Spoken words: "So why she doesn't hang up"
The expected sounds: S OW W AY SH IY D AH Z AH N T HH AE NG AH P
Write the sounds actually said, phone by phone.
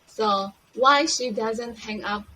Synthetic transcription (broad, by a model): S OW W AY SH IY D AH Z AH N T HH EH NG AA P